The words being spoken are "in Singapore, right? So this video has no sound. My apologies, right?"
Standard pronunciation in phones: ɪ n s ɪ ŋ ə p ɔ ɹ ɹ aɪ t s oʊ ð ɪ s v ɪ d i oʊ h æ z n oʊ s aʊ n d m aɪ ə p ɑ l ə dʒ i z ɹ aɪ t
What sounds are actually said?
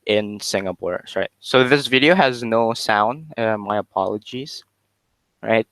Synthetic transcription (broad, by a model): ɪ n s ɪ ŋ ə p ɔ ɹ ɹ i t s oʊ ð ɪ s v ɪ d i oʊ h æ z n oʊ s aʊ n d m aɪ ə p ɑ l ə dʒ i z ɹ aɪ t